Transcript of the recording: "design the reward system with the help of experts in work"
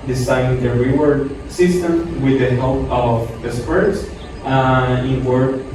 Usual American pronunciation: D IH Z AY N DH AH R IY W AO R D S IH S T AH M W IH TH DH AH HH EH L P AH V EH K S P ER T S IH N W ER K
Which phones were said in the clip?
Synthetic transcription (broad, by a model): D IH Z AY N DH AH R IY W AO R D S IH S T AH M W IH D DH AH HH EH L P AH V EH S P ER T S IH N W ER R